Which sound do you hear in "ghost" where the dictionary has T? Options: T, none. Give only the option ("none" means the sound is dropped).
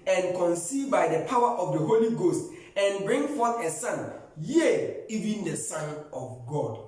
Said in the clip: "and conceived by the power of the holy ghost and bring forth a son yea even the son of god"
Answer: T